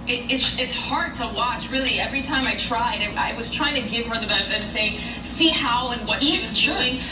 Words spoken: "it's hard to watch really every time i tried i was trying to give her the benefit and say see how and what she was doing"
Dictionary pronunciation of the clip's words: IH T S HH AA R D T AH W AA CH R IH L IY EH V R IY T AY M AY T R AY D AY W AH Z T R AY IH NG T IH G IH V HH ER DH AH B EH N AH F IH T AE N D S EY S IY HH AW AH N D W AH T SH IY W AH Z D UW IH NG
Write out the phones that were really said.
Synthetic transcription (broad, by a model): IH T S HH AA R D T AH W AA CH R IH L IY EH V R IY T AY M AY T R AY D AY W AH Z T R AY IH NG T IH G IH V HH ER DH AH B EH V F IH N S EY S IY HH AW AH N W AH T SH IY W AH Z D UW IH NG